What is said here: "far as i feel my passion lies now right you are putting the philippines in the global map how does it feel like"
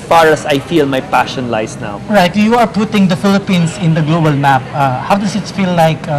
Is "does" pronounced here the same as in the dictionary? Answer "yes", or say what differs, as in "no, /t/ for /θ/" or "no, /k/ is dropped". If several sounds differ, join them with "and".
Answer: no, /s/ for /z/